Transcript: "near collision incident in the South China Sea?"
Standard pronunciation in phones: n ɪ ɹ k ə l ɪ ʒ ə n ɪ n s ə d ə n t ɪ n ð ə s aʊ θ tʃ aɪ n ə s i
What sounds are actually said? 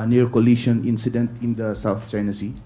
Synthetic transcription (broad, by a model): n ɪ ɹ k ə l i ʃ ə n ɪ n s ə d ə n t ɪ n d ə s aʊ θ tʃ aɪ n ə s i